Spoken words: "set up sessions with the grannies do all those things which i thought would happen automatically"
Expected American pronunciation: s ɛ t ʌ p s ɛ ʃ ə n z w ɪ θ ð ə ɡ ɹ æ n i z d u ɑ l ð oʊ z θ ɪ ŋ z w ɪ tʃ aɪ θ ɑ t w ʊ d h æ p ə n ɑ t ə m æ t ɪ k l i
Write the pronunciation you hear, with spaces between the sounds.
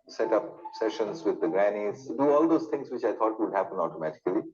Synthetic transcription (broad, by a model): s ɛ t ʌ p s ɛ ʃ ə n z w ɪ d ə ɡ ɹ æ n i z d u ɑ l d oʊ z t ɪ ŋ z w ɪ tʃ aɪ t ɑ t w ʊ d h æ p ə n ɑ t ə m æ t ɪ k l i